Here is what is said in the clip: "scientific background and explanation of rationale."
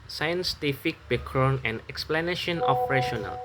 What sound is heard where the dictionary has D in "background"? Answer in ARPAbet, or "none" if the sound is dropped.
none